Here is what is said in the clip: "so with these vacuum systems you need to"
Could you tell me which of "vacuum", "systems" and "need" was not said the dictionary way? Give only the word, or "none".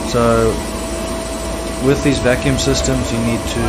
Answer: none